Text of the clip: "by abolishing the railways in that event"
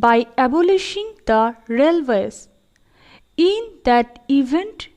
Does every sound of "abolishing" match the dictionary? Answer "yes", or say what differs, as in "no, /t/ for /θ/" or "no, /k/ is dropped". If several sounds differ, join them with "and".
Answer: yes